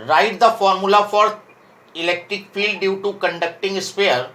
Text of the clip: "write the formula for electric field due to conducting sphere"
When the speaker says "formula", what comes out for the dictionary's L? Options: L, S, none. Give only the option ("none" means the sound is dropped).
L